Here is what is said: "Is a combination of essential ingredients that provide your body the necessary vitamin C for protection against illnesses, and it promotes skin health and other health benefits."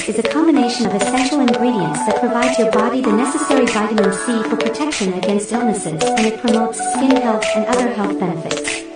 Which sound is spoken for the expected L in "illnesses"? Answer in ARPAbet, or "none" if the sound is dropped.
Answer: L